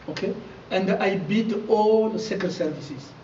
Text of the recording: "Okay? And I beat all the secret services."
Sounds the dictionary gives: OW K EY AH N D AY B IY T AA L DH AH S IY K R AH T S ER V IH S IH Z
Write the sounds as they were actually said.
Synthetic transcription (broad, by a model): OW K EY AH N D AY B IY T AA L S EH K AH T S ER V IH S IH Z